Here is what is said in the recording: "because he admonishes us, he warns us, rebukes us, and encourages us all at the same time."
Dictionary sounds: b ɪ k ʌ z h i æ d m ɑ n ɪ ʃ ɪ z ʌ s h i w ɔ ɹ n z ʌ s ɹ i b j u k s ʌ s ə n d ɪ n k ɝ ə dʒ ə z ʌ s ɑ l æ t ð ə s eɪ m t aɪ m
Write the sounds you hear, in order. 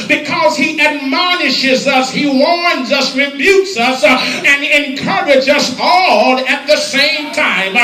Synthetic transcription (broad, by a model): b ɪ k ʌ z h i æ d m ɑ n ɪ ʃ ɪ z ʌ s h i w ɔ ɹ n z ʌ s ɹ i b j u k s ʌ s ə n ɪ n k ɝ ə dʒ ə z ʌ s ɑ l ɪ t ð ə s eɪ m t aɪ m